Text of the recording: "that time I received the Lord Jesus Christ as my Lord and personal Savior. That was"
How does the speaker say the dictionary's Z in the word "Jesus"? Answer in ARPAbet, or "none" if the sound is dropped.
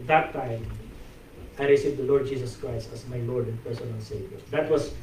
S